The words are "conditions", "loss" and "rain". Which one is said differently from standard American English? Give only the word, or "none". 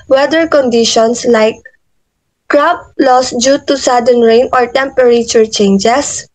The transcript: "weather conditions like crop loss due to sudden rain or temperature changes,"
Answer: conditions